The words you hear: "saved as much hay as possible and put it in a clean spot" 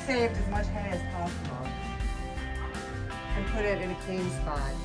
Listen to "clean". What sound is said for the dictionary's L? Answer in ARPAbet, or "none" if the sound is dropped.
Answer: none